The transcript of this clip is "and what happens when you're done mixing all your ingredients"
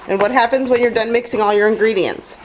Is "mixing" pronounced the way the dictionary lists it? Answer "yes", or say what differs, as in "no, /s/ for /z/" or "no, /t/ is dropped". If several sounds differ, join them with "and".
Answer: yes